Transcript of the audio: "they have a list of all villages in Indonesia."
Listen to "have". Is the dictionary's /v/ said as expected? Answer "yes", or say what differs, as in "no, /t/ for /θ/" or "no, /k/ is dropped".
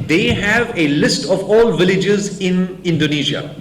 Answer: yes